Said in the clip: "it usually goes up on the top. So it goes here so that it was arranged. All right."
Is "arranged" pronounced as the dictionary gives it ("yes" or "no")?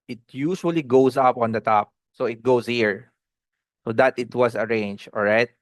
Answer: no